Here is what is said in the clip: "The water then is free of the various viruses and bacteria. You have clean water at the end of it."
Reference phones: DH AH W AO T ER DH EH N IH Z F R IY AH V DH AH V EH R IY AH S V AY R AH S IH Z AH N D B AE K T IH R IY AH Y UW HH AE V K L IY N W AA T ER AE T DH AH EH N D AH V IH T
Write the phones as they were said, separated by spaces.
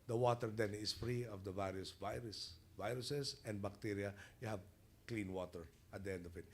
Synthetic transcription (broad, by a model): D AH W AO T ER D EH N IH S F R IY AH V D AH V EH R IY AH S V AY R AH S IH S AH N D B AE K T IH R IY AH Y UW HH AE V K L IY N W AA T ER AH T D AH EH N D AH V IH T